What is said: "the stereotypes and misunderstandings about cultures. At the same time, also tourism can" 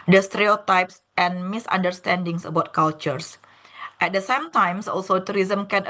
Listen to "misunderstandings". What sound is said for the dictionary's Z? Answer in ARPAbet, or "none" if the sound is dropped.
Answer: S